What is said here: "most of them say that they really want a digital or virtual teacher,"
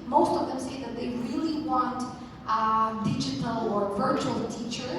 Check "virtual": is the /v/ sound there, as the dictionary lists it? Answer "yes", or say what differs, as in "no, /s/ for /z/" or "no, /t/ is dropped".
yes